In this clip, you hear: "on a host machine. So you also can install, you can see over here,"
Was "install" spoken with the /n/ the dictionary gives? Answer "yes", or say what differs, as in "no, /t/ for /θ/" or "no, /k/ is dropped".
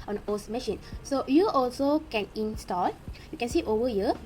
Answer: yes